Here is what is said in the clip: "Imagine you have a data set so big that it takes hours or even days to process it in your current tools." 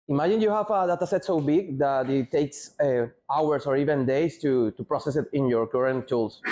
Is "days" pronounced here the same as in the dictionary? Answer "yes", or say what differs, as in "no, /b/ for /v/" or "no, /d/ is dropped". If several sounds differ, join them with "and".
no, /s/ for /z/